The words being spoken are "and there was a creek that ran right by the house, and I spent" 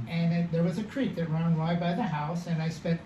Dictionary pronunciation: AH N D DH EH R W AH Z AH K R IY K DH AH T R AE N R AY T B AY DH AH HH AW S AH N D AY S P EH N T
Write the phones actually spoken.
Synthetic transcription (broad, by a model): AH N DH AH R W AH Z AH K R IY K DH AH T R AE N W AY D B AY DH AH HH AW S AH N AY S P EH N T